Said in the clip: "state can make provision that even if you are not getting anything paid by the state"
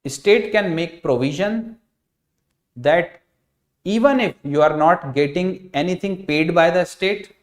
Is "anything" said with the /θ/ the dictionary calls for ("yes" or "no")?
no